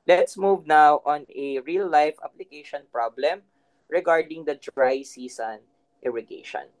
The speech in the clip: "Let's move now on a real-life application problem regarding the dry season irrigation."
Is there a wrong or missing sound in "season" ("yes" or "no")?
yes